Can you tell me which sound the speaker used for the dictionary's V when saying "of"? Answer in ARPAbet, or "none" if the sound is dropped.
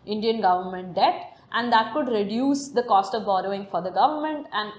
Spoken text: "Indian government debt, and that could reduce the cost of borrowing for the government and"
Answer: V